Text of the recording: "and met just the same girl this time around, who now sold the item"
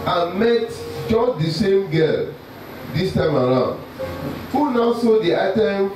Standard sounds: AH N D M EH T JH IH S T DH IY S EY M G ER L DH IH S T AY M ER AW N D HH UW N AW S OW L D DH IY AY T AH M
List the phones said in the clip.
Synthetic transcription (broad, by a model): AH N M EH T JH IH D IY S EY M G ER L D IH S T AY M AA AW N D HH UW N AW S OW D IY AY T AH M